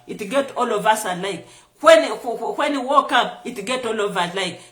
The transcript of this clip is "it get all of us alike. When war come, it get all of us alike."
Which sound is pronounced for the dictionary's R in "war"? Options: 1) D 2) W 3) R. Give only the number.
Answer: 2